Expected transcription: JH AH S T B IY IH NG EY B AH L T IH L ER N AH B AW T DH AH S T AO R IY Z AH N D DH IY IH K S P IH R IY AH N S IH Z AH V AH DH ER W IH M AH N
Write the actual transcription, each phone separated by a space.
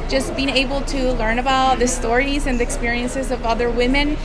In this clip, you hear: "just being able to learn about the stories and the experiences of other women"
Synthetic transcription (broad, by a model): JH AH S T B IY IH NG EY B L T IH L ER N AH B AW T DH AH S T AO R IY Z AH N DH IY IH K S P IH R IY AH N S IH Z AH V AH DH ER W IH M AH N